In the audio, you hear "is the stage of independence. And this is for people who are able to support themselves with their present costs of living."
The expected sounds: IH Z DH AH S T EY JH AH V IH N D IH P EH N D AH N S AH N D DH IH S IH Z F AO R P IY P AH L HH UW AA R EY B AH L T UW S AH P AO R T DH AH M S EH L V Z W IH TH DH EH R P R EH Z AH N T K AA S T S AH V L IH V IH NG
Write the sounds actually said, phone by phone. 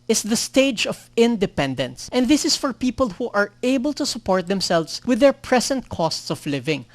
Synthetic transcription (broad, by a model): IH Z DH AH S T EY JH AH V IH N D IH P EH N D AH N S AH N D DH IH S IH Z F AO R P IY P AH L HH UW AA R EY B AH L T UW S AH P AO R T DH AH M S EH L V S W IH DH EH R P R EH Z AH N T K AA S T S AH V L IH V IH NG